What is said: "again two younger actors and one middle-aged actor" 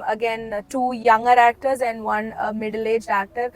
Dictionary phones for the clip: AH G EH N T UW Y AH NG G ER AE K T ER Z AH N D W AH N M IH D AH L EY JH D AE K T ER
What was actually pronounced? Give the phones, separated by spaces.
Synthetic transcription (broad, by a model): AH G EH N T UW Y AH NG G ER AE K T ER Z AH N D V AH N M IH D AH L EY JH AE K T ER